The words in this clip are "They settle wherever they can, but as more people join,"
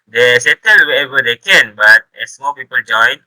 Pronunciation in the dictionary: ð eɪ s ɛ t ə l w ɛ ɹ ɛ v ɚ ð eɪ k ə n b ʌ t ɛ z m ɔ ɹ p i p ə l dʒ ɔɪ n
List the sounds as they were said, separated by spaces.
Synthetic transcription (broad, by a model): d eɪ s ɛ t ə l w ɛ ɛ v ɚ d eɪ k ə n b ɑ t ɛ s m ɔ p i p ə l dʒ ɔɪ n